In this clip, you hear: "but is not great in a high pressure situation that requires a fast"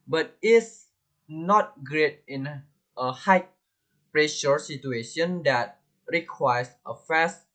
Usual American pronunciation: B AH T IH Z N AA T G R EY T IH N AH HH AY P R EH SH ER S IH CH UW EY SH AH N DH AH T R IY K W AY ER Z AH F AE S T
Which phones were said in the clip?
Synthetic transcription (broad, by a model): B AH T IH S N AA T G R EY T IH N AH HH AY P R EH SH ER S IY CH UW EY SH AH N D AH T R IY K W AY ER S AH F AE S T